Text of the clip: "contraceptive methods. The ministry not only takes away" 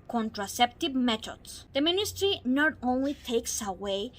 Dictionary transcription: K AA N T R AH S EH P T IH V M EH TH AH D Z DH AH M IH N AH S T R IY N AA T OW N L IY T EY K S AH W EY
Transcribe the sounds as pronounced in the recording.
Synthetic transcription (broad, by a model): K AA N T R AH S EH P T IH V M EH T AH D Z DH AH M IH N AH S T R IY N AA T OW N L IY T EY K S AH W EY